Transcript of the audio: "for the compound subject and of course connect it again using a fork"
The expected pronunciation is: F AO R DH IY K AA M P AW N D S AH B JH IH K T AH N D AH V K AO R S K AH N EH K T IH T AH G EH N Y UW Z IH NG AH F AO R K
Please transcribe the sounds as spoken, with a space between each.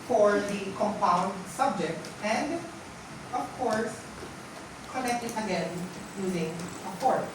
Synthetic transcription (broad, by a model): F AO R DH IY K AA M P AW N D S AH B JH IH K T AH N D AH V K AO R S K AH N EH K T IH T AH G EH N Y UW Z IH NG AH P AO R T